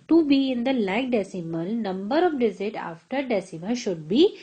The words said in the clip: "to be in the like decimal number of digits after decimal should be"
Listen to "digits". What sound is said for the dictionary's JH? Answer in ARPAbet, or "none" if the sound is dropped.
Z